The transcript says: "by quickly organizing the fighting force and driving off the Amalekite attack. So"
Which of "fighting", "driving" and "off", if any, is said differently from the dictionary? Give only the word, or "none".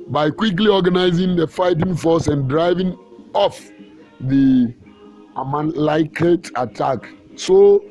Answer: none